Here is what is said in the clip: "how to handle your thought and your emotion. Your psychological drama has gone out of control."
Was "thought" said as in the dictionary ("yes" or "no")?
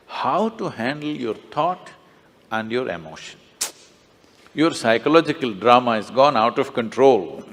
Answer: no